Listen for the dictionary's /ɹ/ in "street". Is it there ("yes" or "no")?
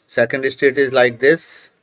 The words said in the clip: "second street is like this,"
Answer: no